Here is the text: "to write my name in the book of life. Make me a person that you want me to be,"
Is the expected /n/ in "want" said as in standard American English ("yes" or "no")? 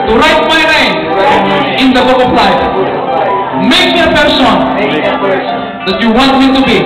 yes